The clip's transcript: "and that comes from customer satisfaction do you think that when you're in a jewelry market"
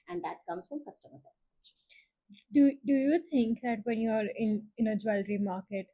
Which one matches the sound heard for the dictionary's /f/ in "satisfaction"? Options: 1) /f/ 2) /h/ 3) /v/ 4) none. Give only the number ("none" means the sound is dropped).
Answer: 4